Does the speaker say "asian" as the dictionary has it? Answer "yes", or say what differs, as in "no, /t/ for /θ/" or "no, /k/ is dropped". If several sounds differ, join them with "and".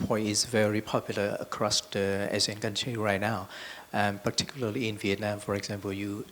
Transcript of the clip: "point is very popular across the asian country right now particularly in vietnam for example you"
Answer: no, /z/ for /ʒ/